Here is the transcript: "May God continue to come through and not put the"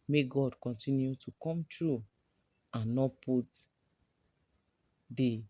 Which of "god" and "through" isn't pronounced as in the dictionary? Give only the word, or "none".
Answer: through